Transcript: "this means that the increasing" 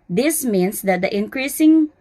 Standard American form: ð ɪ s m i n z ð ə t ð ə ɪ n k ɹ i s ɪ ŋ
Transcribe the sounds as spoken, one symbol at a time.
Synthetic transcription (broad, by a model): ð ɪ s m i n s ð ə t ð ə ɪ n k ɹ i s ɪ ŋ